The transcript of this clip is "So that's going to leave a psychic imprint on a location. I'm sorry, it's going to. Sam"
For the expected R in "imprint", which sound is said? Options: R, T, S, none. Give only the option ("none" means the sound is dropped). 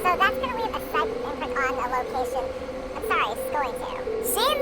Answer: none